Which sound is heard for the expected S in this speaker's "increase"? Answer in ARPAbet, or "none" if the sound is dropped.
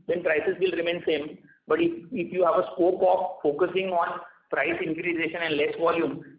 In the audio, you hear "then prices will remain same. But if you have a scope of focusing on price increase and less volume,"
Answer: SH